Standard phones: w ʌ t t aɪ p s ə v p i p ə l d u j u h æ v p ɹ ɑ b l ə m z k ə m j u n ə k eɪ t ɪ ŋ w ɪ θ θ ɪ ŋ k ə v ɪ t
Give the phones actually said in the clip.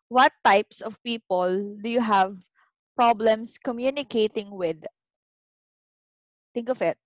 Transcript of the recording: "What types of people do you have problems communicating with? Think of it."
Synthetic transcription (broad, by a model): w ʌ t t aɪ p s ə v p i p ə l d u j u h æ v p ɹ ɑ b l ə m s k ə m j u n ə k eɪ t ɪ ŋ w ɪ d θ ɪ ŋ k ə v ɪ t